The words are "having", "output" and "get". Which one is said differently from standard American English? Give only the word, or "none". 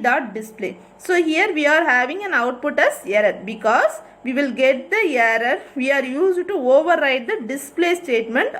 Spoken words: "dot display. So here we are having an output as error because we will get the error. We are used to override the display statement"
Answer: none